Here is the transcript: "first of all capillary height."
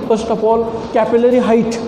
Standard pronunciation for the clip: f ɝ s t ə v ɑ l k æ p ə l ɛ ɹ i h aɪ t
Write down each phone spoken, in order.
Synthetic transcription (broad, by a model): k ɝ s t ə p ɑ l k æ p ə l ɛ ɹ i h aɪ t